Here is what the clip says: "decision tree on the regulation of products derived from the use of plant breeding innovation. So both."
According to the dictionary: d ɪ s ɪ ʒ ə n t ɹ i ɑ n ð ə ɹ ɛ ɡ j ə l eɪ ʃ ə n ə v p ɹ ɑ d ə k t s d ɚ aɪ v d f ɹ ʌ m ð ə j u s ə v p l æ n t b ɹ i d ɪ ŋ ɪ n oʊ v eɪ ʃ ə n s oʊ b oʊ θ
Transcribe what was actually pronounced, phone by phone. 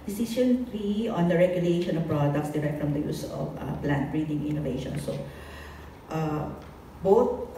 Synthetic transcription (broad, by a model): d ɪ s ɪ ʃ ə n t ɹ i ɑ n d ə ɹ ɛ ɡ j ə l eɪ ʃ ə n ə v p ɹ ɑ d ə k t s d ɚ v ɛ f ɹ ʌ m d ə j u s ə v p l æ n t b ɹ i d ɪ ŋ ɪ n oʊ v eɪ ʃ ə n s oʊ b oʊ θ